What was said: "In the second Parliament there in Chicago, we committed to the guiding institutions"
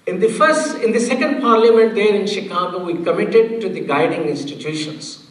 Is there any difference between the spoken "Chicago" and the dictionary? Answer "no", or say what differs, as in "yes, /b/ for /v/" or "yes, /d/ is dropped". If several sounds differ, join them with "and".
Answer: no